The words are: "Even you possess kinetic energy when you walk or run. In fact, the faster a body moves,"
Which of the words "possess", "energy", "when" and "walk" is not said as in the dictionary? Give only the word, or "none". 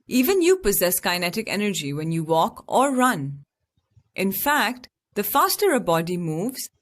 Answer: none